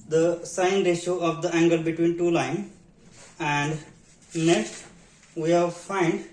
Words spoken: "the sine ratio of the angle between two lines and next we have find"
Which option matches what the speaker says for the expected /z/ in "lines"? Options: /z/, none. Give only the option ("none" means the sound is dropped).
none